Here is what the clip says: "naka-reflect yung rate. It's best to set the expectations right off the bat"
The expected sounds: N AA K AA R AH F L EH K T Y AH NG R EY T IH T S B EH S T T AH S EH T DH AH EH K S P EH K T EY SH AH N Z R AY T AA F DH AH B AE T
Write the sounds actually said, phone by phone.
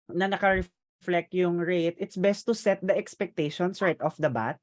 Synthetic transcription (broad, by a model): N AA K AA R AH F L EH K T Y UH NG R EY T IH T S B EH S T T AH S EH T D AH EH K S P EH K T EY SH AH N S R AY T AA F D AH B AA T